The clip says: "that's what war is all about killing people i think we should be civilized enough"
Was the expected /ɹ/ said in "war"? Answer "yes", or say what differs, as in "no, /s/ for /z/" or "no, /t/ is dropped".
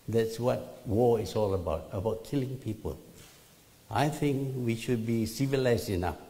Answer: no, /l/ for /ɹ/